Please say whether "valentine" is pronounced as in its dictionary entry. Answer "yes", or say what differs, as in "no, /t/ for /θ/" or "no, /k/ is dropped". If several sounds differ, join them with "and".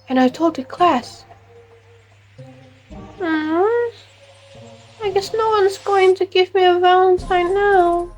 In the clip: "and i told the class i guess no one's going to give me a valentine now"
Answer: no, /s/ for /t/